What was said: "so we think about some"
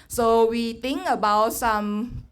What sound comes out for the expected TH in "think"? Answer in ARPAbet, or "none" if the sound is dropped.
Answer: T